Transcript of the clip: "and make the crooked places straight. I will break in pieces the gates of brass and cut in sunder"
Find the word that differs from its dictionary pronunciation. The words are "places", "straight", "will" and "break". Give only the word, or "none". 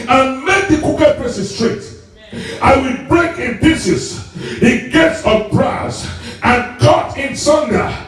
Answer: places